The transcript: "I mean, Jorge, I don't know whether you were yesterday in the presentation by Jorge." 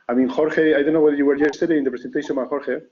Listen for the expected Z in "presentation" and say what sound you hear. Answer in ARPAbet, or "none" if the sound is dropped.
S